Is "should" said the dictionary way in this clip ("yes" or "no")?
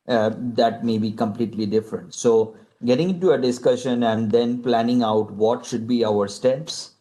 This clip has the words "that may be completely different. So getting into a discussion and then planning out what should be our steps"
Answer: yes